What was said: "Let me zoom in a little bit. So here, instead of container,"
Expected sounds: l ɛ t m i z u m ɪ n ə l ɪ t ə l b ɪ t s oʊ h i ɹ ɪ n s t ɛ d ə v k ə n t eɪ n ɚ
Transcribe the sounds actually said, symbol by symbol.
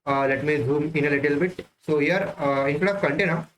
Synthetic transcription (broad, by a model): l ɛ t m i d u m ɪ n ə l ɪ t ə l b ɪ t s oʊ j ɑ ɹ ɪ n t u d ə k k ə n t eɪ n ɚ